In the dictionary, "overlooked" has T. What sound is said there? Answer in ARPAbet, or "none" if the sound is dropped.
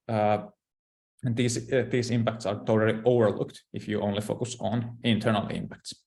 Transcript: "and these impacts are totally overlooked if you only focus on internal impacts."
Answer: T